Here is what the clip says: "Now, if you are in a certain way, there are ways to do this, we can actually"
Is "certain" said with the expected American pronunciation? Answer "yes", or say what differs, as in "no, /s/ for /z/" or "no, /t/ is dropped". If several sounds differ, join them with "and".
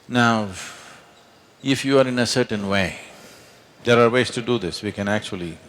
yes